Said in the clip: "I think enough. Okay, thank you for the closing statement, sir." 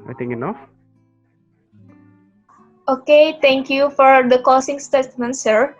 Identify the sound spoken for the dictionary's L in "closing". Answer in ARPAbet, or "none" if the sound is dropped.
none